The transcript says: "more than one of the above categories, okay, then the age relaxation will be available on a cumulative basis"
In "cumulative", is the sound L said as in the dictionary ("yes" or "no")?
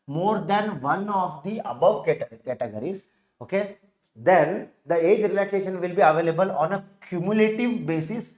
yes